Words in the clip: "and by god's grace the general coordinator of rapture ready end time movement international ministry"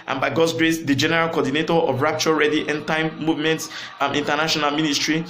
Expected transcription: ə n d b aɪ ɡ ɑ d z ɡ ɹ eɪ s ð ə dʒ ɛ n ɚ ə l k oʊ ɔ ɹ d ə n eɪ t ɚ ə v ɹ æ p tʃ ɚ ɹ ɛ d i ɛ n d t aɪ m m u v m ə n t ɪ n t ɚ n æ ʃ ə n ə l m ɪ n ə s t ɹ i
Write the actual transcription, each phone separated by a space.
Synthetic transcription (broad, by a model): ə n b aɪ ɡ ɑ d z ɡ ɹ eɪ s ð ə dʒ ɛ n ɚ ə l k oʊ ɔ d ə n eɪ t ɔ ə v ɹ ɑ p tʃ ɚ ɹ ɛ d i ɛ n t aɪ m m u v m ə n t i n t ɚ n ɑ ʃ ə n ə l m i n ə s t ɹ i